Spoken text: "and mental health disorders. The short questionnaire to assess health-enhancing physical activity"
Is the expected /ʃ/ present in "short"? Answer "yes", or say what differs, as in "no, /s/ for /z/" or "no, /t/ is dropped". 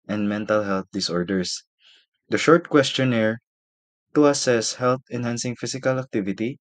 yes